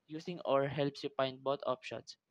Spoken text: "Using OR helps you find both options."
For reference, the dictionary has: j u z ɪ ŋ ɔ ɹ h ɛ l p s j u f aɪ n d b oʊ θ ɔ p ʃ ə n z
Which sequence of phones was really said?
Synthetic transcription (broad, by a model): j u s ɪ ŋ ɔ ɹ h ɛ l p s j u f aɪ n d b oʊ t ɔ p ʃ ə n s